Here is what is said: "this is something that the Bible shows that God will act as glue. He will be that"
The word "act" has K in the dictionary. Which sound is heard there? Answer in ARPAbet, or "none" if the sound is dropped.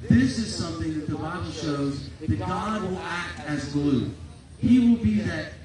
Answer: K